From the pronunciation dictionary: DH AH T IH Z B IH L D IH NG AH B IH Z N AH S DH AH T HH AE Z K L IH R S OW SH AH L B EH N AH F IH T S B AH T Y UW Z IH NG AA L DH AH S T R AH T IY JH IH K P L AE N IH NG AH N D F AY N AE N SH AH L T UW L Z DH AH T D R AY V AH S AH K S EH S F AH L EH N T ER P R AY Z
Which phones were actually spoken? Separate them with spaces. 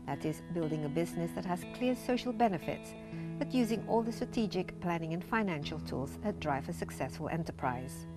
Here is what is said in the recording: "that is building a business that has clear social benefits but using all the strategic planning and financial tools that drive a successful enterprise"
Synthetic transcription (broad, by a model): DH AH T IH Z B IH L D IH NG AH B IH Z N AH S DH AH T HH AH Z K L IH R S OW SH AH L B EH N AH F IH T S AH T Y UW Z IH NG AA L DH AH S T R AH T IY JH IH K P L AE N IH NG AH N F AY N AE N SH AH L T UW L Z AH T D R AY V AH S AH K S EH S F AH L EH N T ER P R AY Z